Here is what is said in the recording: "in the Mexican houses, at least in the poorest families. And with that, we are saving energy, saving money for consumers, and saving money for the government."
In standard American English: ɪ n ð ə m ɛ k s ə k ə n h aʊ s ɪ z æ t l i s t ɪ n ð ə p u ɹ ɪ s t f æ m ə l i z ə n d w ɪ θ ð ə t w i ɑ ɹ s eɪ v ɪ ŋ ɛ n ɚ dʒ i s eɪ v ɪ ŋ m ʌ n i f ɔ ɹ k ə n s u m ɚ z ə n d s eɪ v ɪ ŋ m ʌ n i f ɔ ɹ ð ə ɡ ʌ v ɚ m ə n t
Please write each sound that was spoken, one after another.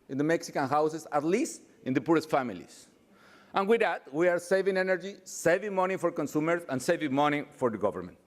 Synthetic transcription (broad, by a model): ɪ n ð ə m ɛ k s ə k ə n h aʊ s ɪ s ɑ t l i s t ɪ n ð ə p u ɹ ɪ s t f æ m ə l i s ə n w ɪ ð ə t w i ɑ ɹ s eɪ v ɪ ŋ ɛ n ɚ dʒ i s eɪ v ɪ ŋ m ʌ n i f ɔ ɹ k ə n s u m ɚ s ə n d s eɪ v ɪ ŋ m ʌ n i f ɔ ɹ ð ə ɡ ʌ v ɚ m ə n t